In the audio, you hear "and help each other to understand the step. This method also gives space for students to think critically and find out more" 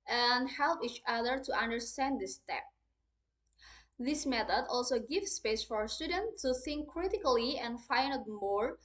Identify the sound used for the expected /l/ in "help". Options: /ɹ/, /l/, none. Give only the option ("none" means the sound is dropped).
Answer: /l/